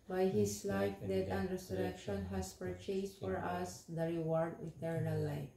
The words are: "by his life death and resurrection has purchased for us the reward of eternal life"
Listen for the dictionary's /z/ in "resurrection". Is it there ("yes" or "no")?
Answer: no